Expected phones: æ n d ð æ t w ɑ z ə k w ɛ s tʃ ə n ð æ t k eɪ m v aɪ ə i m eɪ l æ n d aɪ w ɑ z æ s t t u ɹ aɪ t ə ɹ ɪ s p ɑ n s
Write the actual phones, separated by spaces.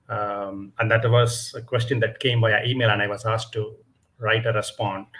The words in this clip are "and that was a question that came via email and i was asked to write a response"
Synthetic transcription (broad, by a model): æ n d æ t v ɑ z ə k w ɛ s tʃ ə n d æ t k eɪ m b aɪ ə i m eɪ l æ n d aɪ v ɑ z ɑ s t t u ɹ aɪ t ə ɹ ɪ s p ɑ n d